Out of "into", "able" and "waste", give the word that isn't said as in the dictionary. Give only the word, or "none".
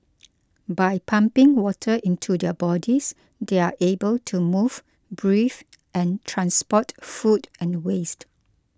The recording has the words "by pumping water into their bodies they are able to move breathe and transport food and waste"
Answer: none